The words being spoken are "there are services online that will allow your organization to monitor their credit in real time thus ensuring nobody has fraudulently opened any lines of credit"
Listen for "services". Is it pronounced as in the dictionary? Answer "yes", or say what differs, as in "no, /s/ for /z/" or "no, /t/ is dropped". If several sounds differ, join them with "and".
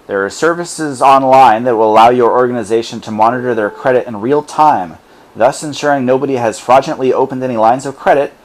yes